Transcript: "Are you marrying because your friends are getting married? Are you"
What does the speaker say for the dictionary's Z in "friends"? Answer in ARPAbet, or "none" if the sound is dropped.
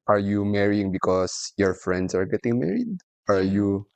S